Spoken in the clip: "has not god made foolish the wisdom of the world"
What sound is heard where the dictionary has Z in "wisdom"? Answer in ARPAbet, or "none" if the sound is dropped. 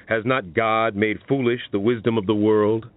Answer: Z